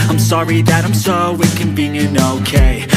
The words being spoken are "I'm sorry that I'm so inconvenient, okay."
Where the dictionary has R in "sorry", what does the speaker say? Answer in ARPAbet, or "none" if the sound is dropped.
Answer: R